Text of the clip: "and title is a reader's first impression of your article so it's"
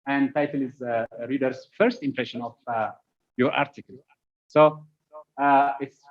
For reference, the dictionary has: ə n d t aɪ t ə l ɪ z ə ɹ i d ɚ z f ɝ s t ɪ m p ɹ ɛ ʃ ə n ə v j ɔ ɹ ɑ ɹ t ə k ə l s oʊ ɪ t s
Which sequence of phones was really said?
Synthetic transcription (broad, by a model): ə n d t aɪ t ə l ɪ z ɹ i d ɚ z f ɝ s t ɪ m p ɹ ɛ ʃ ə n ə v j ɔ ɹ ɑ ɹ t ə k ə l s oʊ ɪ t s